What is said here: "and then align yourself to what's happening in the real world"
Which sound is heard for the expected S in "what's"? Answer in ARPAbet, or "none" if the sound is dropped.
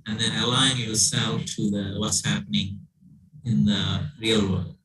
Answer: S